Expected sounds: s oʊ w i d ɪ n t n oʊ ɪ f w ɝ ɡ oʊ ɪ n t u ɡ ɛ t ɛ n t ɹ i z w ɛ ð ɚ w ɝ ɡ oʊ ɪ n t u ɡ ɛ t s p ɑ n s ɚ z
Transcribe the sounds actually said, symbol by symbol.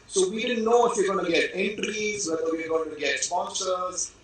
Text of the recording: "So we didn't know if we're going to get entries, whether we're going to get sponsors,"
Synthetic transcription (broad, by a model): s oʊ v i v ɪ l n oʊ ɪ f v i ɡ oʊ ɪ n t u ɡ ɛ t ɛ n t ɹ i z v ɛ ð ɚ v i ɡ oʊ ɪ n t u ɡ ɛ t s p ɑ n s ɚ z